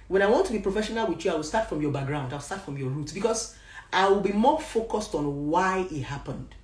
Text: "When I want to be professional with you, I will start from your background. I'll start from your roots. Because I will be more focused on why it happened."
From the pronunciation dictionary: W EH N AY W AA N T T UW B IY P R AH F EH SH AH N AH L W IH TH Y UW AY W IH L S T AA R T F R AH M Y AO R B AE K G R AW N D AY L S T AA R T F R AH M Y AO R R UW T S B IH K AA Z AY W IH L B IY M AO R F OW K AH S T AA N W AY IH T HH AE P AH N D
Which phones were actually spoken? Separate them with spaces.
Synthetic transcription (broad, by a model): W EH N AY W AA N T T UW B IY P R AH F EH SH AH N AH L W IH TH Y UW AY W IH L S T AA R T F R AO M Y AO B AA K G R AW N D AY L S T AA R T F R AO M Y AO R R UW T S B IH K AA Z AY W IH L B IY M AO F OW K AH S T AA N W AY IH T HH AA P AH N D